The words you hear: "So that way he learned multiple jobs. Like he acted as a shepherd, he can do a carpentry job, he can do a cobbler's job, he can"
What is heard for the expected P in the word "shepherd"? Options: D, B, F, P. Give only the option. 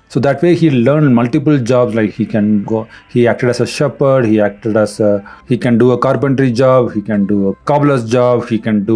P